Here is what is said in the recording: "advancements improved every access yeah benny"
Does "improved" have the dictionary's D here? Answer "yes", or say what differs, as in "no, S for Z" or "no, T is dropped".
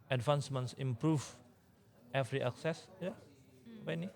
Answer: no, D is dropped